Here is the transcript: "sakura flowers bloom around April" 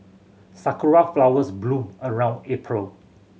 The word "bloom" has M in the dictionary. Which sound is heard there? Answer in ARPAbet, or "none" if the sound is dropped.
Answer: none